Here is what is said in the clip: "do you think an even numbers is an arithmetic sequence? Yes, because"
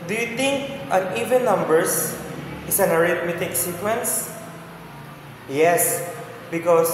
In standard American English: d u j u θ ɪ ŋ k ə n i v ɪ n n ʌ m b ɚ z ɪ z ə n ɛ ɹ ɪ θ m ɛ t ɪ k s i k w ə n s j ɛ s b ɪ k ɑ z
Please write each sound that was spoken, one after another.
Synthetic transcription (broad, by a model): d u j u t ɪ ŋ k ə n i v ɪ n n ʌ m b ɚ s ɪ s ə n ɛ ɹ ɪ t m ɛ t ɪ k s i k w ə n s j ɛ s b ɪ k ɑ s